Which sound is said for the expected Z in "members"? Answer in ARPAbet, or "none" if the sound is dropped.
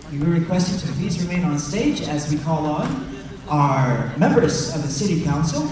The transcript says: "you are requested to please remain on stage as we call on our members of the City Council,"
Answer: Z